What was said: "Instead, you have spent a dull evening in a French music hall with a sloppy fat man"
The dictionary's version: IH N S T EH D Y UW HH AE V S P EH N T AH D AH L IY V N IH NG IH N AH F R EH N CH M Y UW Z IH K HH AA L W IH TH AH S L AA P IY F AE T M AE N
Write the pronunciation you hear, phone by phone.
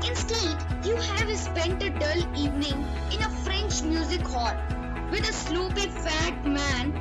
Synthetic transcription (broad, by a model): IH N S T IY D Y UW HH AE V S P EH N T AH D AH L IY V N IH NG IH N AH F R EH N CH M Y UW Z IH K HH AA L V IH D AH S L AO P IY F AE T M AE N